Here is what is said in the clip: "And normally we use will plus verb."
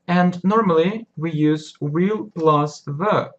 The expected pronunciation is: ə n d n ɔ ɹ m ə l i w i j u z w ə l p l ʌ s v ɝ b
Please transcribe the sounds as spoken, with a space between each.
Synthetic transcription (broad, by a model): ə n n ɔ ɹ m ə l i w i j u z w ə l b l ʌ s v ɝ